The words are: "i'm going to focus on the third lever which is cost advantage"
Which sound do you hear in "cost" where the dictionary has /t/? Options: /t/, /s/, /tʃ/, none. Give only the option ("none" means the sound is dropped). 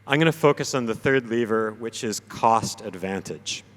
/t/